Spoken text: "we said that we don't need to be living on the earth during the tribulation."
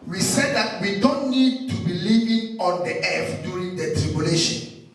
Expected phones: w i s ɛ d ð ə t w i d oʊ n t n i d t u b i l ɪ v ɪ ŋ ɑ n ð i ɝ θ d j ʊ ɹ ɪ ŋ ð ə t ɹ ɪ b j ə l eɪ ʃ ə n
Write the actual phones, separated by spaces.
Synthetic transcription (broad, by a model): w i s ɛ d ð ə t w i d oʊ n t n i d t u b i l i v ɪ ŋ ɑ n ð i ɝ f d j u ɹ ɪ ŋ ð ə t ɹ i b j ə l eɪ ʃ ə n